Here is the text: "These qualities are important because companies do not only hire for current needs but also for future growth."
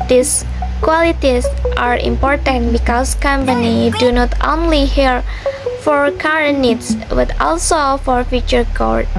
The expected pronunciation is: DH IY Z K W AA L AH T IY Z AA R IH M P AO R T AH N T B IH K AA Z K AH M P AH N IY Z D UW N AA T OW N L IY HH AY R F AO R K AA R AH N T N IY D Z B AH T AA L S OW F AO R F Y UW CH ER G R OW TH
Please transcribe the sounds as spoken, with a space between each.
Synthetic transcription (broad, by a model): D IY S K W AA L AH T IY S AA R IH M P AO R T AH N T B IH K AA S K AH M P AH N IY D UW N AA T OW N L IY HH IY R F AO R K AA R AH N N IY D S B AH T AA L S OW F AO R F Y UW CH ER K R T